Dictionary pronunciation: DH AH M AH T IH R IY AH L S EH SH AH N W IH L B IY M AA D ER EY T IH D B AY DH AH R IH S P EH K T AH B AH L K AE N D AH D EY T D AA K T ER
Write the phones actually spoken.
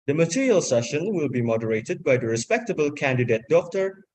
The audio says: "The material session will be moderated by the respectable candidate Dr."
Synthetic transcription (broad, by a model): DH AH M AH T IH R IY AH L S EH SH AH N W IH L B IY M AA D ER EY T IH D B AY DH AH R IH S P EH K T AH B AH L K AE N D AH D EY T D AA K T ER